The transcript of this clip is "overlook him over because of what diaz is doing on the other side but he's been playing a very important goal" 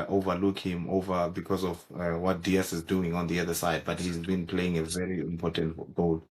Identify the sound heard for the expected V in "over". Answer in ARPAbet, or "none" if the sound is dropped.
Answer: V